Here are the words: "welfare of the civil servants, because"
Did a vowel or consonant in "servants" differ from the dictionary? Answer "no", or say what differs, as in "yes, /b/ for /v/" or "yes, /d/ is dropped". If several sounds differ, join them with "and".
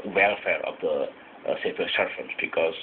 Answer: yes, /f/ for /v/